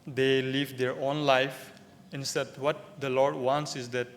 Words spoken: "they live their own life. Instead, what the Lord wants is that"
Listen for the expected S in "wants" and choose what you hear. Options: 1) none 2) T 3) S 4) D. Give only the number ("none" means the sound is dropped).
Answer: 3